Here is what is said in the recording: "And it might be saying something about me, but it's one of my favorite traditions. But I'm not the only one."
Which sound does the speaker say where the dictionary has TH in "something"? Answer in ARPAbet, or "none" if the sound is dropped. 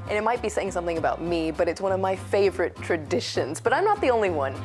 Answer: TH